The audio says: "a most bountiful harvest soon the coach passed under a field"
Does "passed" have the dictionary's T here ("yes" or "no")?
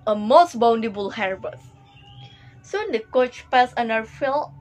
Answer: no